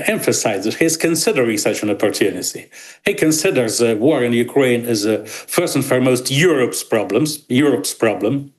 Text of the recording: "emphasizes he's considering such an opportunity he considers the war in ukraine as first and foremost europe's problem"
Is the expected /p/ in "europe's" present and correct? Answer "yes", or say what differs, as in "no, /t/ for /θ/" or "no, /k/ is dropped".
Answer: yes